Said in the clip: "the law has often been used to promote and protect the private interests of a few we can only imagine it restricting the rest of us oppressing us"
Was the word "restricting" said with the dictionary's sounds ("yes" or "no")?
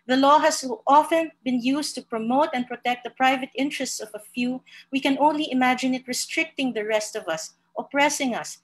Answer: yes